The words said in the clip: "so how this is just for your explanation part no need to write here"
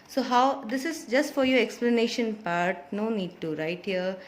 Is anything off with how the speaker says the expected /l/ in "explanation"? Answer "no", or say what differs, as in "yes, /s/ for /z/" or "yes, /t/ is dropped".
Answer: no